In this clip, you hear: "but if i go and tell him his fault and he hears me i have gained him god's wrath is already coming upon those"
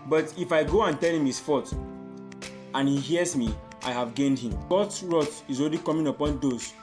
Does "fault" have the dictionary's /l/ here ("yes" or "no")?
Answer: no